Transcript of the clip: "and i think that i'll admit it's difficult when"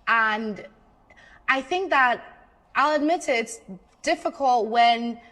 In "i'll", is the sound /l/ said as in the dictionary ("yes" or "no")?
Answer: yes